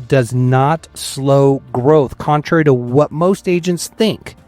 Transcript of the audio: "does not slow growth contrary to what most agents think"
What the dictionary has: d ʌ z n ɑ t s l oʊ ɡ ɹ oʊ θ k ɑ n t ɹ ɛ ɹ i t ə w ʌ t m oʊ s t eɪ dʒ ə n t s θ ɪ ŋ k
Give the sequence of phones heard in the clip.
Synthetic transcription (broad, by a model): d ʌ z n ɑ t s l oʊ ɡ ɹ oʊ θ k ɑ n t ɹ ɛ ɹ i t ə w ʌ t m oʊ s t eɪ dʒ ə n t s θ ɪ ŋ k